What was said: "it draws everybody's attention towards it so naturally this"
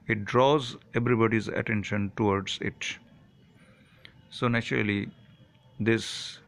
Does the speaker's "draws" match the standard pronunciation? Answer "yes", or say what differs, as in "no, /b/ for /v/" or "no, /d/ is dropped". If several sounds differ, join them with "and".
yes